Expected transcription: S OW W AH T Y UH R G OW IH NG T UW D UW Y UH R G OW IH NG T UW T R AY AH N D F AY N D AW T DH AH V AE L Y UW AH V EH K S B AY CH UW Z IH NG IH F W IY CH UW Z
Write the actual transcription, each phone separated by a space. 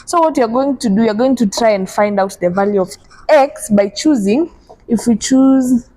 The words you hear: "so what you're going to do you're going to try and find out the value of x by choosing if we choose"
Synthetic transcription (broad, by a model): S OW W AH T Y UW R G OW IH NG T UW D UW Y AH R G OW IH NG T UW T R AY AH N D F AY N D AW T DH AH V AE L Y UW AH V EH K S B AY CH UW Z IH NG IH F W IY CH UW Z